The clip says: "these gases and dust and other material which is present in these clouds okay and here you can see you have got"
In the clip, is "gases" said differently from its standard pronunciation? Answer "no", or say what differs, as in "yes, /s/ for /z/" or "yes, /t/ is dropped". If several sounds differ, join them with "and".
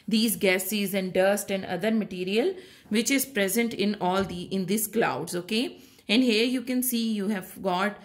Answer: no